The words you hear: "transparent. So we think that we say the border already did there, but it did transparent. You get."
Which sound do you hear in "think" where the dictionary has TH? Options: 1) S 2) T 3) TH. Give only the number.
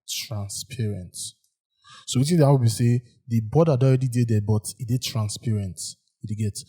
2